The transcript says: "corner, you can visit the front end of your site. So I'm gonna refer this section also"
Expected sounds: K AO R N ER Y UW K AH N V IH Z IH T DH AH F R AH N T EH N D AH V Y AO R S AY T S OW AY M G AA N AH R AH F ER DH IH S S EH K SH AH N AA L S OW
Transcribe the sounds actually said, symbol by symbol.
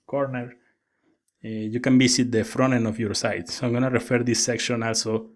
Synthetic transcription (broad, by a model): K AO R N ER Y UW K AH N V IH S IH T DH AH F R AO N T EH N AH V Y AO R S AY T S OW AY M G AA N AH R AH F ER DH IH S S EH K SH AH N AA L S OW